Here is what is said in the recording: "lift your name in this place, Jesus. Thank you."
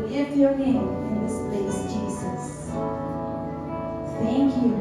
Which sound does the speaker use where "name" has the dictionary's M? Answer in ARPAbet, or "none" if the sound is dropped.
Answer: none